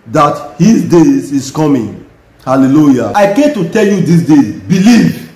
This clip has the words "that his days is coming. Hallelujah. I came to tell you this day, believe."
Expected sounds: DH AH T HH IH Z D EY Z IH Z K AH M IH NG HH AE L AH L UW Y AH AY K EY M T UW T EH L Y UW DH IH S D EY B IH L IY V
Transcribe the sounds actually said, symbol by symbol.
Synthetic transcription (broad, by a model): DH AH T HH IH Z D EY Z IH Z K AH M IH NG HH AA L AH L UW Y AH AY K EY M T UW T EH L Y UW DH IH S D EY B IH L IY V